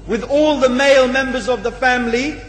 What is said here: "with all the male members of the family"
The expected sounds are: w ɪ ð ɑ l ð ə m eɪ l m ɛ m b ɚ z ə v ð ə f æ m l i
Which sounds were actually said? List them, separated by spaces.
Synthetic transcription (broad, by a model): w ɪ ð ɑ l ð ə m eɪ l m ɛ m b ɚ z ə v ð ə f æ m l i